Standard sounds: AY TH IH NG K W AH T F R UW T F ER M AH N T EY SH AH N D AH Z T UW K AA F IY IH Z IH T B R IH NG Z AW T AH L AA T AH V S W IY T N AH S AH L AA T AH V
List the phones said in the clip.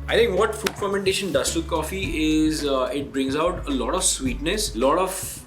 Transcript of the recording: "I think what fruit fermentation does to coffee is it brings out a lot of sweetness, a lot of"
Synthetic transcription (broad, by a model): AY T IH NG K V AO T F UW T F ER M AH N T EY SH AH N D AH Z T UW K AA F IY IH Z IH T B R IH NG Z AW T AH L AA T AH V S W IY T N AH S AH L AA T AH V